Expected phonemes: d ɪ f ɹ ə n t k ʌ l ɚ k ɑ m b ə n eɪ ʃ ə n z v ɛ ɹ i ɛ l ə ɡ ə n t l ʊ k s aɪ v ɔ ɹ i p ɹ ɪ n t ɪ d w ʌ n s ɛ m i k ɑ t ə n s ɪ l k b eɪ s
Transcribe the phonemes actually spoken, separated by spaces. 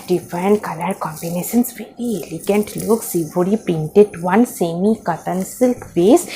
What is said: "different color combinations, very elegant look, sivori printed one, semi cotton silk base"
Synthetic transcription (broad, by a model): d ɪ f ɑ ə n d k ʌ l ɚ k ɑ m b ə n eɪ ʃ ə n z v ɛ ɹ i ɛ l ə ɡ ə n t l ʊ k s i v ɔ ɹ i p ɪ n t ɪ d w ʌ n s ɛ m i k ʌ t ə n s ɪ l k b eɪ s